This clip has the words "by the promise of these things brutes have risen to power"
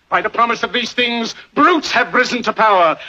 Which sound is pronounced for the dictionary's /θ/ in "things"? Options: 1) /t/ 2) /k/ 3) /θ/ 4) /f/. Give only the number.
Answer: 3